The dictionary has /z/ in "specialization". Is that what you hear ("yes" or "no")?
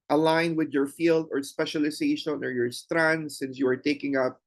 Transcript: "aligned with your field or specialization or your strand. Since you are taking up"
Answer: no